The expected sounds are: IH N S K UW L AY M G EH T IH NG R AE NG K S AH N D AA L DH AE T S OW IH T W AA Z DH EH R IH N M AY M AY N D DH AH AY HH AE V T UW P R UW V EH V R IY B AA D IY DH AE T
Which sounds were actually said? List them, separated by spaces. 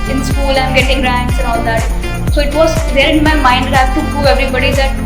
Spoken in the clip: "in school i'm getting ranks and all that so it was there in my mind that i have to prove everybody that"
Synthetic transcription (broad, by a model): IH N S K UW L AY M G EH T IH NG R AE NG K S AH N AA L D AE T S OW IH T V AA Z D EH R IH N M AY M AY N D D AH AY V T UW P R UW EH V R IY B AA D IY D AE T